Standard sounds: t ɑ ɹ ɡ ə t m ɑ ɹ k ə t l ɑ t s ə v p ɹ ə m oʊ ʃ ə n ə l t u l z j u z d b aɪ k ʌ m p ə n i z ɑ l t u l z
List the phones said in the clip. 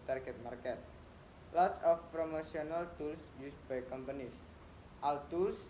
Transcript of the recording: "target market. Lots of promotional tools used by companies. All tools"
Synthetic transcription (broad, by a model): t ɑ ɹ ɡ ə t m ɑ ɹ k ə t l ɑ t s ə f p ɹ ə m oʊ s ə n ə l t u l s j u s b aɪ k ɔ m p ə n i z ɑ l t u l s